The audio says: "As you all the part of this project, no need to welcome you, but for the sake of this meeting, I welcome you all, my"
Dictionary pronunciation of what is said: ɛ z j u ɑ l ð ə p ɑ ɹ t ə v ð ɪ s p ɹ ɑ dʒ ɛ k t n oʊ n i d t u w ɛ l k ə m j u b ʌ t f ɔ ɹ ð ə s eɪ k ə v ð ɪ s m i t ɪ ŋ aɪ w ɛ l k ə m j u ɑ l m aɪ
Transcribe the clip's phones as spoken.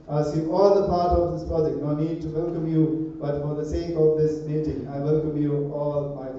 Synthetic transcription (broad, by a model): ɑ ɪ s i ɑ l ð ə p ɑ ɹ t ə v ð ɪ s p ɑ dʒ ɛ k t n oʊ n i d t u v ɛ l k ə m j u b ʌ t f ɔ ɹ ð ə s eɪ k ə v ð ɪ s m i t ɪ ŋ aɪ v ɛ l k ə m j u ɑ l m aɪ